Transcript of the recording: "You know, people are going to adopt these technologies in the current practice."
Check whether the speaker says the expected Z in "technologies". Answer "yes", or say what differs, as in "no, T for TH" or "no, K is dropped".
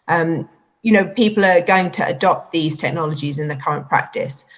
yes